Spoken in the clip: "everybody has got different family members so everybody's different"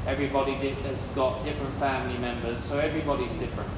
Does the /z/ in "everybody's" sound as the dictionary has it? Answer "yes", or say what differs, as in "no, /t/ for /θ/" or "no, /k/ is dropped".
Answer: yes